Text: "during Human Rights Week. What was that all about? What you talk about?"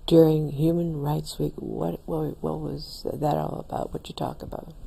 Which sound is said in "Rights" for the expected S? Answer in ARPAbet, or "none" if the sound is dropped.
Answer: S